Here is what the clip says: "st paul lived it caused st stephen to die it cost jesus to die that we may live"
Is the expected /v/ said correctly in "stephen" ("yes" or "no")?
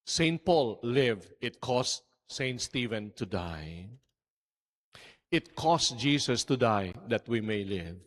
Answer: yes